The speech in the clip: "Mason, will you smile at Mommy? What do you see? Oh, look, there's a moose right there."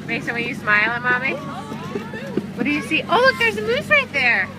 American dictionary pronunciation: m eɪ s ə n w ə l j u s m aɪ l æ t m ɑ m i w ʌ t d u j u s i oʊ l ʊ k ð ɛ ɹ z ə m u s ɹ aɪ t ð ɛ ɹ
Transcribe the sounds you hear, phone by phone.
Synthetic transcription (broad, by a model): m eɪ s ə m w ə n j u s m aɪ l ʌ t m ɑ m i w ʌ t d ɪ j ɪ s i oʊ l ʊ k ð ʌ ɹ z ə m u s ɹ aɪ t ð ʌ ɹ